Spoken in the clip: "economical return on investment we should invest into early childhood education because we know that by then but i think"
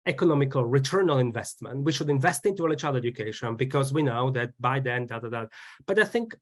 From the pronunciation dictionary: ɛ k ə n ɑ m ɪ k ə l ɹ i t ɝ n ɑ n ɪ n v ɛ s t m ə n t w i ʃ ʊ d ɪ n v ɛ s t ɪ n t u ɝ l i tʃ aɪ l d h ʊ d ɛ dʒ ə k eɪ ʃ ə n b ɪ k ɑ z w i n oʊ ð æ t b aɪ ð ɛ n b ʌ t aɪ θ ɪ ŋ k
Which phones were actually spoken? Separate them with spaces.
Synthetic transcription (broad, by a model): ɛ k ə n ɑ m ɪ k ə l ɹ i t ɝ n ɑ l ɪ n v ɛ s t m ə n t w i ʃ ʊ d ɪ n v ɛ s t ɪ n t u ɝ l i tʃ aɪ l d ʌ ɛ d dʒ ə k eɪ ʃ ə n b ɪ k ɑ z w i n oʊ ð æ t b aɪ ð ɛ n b ʌ t aɪ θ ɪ ŋ k